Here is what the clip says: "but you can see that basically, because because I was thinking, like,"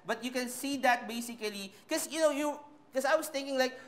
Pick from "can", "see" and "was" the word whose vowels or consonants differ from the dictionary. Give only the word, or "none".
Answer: was